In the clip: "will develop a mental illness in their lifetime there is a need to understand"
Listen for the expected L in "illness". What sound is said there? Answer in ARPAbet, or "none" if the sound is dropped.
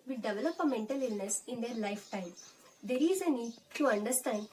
L